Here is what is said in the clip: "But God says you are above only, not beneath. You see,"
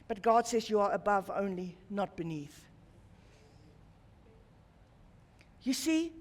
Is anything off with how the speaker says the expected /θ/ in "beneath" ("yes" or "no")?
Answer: no